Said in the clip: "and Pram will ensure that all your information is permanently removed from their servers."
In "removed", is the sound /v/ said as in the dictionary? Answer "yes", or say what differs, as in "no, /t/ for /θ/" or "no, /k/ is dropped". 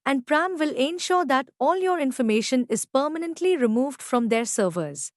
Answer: yes